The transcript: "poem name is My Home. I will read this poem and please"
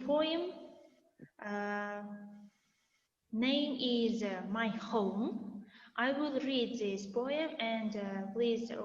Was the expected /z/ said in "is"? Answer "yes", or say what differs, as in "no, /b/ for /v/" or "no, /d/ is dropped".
yes